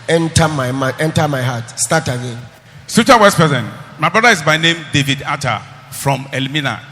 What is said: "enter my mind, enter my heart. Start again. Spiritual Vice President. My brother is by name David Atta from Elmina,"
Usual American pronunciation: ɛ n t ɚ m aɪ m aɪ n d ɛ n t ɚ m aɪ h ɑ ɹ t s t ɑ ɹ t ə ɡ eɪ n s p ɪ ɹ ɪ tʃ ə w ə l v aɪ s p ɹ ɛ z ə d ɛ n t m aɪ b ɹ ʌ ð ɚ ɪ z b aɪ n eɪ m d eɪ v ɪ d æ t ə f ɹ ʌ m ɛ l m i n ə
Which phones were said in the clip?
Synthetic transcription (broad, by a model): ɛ n t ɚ m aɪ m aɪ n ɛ n t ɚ m aɪ h ɑ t s t ɑ t ə ɡ eɪ n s ɪ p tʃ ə w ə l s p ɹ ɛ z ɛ n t m aɪ b ɹ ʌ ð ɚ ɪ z b aɪ n eɪ m d eɪ v ɪ d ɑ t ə f ɹ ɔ m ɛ l m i n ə